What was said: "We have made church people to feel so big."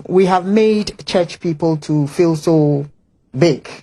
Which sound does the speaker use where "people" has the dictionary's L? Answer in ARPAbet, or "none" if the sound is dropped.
L